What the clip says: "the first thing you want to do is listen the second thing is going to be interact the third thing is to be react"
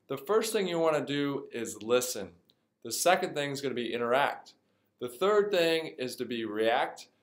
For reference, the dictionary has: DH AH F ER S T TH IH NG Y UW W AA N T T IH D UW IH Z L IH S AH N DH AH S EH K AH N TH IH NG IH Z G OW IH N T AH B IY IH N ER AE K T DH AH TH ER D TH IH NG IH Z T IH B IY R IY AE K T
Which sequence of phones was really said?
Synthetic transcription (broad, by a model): DH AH F ER S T TH IH NG Y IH W AA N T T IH D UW IH Z L IH S AH N DH AH S EH K AH N TH IH NG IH Z G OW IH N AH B IY IH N ER AE K T DH AH TH ER D TH IH NG IH Z T IH B IY R IY AE K T